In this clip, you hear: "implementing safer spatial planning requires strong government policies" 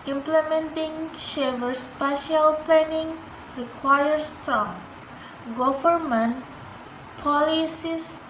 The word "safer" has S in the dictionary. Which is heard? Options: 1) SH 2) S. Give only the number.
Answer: 1